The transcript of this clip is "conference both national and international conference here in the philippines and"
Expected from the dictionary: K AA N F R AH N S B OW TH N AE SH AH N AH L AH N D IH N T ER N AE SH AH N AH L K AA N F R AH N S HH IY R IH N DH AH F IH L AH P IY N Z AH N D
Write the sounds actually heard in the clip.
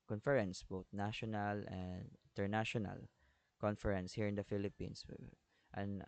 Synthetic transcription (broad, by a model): K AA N F R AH N S B OW T N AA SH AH N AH L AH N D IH N T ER N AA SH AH N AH L K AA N F R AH N S HH IY R IH N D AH F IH L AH P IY N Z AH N